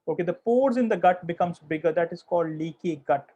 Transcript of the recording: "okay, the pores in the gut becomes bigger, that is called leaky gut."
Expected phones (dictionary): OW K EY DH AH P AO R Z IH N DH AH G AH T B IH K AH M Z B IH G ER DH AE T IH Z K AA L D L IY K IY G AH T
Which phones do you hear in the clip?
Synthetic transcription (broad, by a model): OW K EY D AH P AO R Z IH N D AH G AH T B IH K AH M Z B IH G ER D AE T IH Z K AA L D L IY K IY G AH T